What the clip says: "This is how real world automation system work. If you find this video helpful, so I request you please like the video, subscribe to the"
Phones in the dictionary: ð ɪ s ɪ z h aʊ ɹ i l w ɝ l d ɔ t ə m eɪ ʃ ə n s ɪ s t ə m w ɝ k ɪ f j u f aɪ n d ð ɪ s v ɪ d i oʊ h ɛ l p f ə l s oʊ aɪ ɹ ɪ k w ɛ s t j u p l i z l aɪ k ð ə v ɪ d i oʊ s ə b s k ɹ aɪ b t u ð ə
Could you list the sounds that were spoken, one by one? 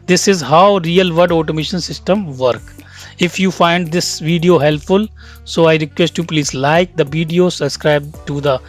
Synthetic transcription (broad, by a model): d ɪ s ɪ z h aʊ ɹ i l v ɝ d ɔ t ə m eɪ ʃ ə n s ɪ s t ə m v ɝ k ɪ f j u f aɪ n d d ɪ s v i d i oʊ h ɛ l p f ə l s oʊ aɪ ɹ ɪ k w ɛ s t j u p l i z l aɪ k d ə v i d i oʊ s ə b s k ɹ aɪ b t u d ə